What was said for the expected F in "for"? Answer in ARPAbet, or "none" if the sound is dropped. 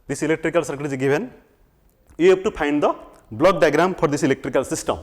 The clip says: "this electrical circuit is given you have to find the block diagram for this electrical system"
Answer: P